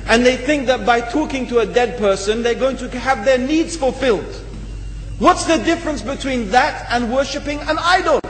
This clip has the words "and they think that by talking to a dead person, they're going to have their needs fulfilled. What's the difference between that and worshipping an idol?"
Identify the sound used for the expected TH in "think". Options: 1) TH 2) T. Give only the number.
1